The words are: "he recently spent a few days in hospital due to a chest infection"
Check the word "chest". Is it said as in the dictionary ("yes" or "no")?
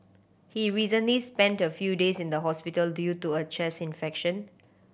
no